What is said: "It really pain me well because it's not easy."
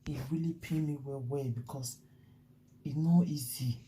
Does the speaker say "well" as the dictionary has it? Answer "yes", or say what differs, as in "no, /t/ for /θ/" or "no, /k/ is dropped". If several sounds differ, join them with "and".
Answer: no, /w/ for /l/